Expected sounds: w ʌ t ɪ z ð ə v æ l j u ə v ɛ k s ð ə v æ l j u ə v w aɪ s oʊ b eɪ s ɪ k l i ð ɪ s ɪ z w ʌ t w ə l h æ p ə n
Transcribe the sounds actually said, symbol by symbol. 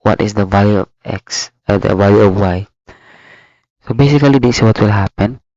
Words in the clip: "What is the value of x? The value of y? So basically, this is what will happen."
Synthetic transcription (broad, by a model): w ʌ t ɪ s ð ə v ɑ l j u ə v ɛ k s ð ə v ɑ l j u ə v w aɪ s oʊ b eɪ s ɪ k i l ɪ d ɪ s w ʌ t w ə l h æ p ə n